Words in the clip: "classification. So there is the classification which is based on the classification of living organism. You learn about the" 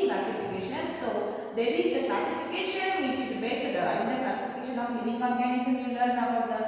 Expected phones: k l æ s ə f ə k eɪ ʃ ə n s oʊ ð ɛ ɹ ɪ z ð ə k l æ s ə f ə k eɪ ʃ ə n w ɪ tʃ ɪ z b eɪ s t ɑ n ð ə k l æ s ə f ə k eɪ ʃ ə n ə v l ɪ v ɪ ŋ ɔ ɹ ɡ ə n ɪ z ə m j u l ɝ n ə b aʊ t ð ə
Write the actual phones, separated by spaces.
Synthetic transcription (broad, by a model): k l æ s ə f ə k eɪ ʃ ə n s oʊ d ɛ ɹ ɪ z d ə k l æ s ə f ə k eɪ ʃ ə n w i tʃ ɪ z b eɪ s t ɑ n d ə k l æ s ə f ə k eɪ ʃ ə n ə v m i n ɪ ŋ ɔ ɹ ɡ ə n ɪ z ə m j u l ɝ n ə aʊ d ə